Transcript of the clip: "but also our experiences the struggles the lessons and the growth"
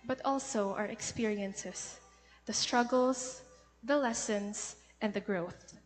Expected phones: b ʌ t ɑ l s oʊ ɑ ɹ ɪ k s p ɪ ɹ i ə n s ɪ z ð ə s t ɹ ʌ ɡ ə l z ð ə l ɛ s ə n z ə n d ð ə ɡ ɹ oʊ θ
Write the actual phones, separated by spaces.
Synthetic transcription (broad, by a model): b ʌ t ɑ l s oʊ ɑ ɹ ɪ k s p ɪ ɹ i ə n s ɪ s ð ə s t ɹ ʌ ɡ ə l s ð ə l ɛ s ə n s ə n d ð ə ɡ ɹ oʊ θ